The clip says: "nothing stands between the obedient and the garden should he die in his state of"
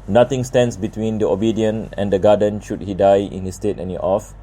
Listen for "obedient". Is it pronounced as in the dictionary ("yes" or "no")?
no